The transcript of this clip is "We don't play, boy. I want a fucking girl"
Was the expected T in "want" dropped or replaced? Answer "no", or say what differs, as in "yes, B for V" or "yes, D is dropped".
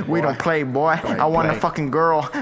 yes, T is dropped